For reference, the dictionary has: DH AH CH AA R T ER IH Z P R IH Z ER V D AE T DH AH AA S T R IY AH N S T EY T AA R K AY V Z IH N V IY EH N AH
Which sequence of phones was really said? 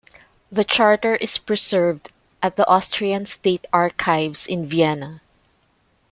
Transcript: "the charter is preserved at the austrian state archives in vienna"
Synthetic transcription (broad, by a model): DH AH CH AA R T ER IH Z P R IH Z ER V D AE T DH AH AA S T R IY AH N S T EY T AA R K AY V S IH N V IY EH N AH